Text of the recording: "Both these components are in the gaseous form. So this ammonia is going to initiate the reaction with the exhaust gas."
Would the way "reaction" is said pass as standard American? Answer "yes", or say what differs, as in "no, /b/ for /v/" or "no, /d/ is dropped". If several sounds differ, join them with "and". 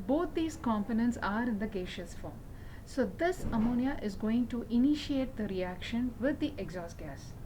yes